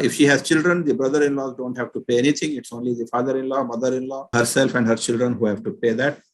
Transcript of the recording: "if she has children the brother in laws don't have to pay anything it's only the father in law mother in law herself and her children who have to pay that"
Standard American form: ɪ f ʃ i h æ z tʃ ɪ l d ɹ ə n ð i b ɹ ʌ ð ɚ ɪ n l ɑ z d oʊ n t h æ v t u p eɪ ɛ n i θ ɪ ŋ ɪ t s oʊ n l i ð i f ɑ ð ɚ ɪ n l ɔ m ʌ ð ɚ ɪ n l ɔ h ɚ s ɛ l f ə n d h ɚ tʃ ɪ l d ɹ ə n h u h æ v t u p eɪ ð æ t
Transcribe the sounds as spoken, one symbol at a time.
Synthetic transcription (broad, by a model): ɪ f ʃ i h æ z tʃ ɪ l d ɹ ə n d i b ɹ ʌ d ɚ ɪ n l ɑ z d oʊ n t h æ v t u p eɪ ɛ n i t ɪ ŋ ɪ t s oʊ n l i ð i f ɑ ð ɚ ɪ n l ɔ m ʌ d ɚ ɪ n l ɔ h ɚ s ɛ l f ə n d h ɚ tʃ ɪ l d ɹ ə n h u h æ v t u p eɪ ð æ t